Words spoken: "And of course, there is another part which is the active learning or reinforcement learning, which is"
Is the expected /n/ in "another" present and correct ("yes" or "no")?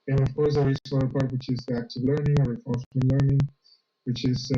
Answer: no